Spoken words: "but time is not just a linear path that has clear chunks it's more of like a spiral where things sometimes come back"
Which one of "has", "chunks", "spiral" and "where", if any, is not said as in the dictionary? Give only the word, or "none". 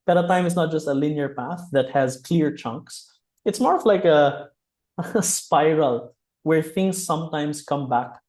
none